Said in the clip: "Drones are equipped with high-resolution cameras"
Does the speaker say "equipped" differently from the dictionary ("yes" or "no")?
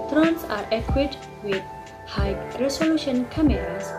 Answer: yes